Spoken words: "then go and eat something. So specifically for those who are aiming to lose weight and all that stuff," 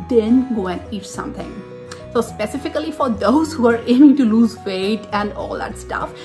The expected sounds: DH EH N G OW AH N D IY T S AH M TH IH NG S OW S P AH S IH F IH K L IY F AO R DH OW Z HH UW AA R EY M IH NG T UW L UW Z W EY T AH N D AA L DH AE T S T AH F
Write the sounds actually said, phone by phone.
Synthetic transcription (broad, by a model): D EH N G OW AH N D IY T S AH M T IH NG S OW S P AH S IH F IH K L IY F AO R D OW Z HH UW AA R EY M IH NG T UW L UW Z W EY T AH N D AA L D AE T S T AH F